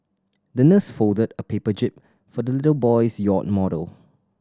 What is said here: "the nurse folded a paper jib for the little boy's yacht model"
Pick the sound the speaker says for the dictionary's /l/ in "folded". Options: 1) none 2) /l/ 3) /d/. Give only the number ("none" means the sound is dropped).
2